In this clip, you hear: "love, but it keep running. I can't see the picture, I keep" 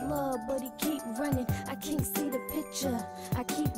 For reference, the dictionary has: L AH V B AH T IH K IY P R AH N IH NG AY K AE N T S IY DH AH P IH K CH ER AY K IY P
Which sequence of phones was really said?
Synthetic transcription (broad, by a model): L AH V B AH T IH K IY P R AH N IH NG AY K AE N T S IY DH AH P IH K CH ER AY K IY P